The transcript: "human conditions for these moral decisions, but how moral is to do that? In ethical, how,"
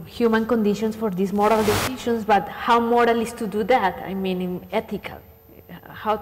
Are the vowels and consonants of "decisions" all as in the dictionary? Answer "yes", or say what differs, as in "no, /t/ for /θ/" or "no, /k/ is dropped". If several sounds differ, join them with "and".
no, /ʃ/ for /ʒ/ and /s/ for /z/